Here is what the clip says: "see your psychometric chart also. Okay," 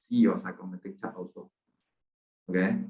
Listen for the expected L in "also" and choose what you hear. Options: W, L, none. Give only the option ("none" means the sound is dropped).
none